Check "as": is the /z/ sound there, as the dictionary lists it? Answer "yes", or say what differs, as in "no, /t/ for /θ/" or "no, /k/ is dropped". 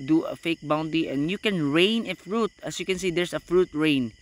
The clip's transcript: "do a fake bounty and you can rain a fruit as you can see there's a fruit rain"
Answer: no, /s/ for /z/